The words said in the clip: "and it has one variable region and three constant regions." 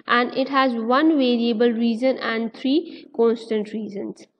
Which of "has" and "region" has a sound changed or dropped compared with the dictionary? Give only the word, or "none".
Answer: region